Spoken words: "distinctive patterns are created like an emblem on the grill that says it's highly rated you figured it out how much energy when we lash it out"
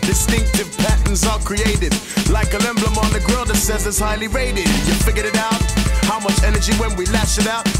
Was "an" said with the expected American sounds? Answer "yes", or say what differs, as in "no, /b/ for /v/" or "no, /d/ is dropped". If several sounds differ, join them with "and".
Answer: no, /l/ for /n/